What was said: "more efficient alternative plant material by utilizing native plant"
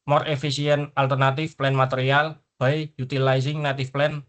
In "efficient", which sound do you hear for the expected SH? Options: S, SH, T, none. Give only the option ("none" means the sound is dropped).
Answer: S